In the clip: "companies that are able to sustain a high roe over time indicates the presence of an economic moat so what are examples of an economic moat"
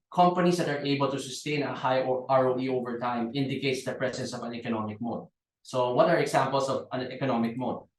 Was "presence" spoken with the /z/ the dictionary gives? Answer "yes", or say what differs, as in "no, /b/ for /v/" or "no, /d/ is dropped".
no, /s/ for /z/